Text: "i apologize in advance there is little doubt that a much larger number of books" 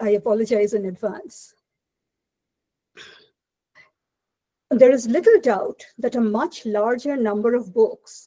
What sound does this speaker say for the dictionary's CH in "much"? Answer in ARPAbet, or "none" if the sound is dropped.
CH